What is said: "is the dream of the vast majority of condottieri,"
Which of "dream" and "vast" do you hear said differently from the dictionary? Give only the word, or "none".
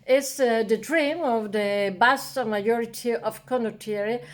vast